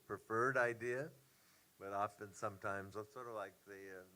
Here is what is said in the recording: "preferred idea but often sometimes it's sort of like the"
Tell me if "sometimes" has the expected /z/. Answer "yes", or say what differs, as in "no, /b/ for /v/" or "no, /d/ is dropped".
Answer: yes